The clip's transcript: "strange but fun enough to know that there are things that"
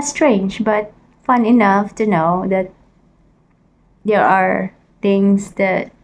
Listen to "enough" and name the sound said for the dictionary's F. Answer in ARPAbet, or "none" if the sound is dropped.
F